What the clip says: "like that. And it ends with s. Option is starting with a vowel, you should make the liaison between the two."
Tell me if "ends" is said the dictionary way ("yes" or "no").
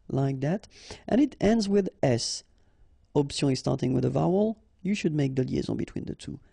yes